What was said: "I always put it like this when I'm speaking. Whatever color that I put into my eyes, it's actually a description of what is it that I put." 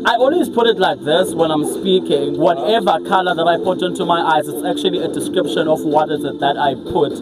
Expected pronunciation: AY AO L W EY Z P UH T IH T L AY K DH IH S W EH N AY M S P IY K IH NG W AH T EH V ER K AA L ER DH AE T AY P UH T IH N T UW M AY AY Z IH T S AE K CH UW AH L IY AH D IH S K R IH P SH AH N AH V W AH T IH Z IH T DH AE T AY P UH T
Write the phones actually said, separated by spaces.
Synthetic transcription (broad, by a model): AY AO N W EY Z P UH T IH T L AY K DH IH S W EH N AY M S P IY K IH NG W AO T EH V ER K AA L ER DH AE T AY P UH T IH N T UW M AY AY Z IH T S AE K CH UW AH L IY AH D IH S K R IH P SH AH N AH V W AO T IH Z IH T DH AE T AY P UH T